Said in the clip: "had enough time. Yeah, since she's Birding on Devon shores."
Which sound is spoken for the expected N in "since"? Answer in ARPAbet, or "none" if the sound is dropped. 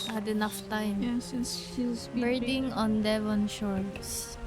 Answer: none